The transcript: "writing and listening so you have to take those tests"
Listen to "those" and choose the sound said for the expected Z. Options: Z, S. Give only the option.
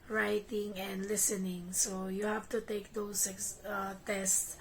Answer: S